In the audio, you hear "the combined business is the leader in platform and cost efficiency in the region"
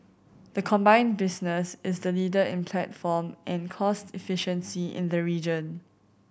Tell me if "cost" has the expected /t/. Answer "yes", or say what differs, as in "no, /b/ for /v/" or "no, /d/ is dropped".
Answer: yes